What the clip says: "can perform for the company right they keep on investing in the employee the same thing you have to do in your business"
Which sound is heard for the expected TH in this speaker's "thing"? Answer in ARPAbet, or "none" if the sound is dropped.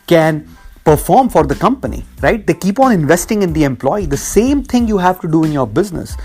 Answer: T